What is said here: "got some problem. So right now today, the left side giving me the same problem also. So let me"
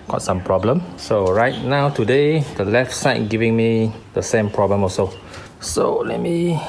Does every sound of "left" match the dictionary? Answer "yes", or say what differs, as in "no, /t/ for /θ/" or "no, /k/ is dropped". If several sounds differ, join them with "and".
yes